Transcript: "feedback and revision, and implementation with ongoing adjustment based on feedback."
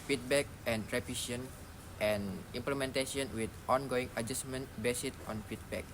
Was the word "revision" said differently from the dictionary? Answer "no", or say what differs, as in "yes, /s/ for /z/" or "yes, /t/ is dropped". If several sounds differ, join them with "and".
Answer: yes, /p/ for /v/ and /ʃ/ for /ʒ/